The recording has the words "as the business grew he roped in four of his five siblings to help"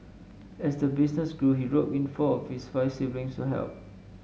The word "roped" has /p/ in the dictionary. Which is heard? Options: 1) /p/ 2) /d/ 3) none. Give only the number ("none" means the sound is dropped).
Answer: 3